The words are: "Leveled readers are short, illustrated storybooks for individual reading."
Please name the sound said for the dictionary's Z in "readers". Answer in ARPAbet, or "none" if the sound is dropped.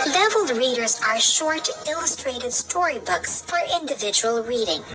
Z